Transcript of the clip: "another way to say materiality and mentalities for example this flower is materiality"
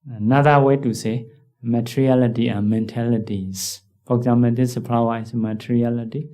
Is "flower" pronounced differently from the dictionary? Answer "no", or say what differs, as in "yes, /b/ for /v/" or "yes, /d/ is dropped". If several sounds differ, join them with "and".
yes, /p/ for /f/